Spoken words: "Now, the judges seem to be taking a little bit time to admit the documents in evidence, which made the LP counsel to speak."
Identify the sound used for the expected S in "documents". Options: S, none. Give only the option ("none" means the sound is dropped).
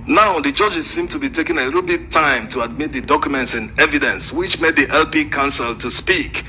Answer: S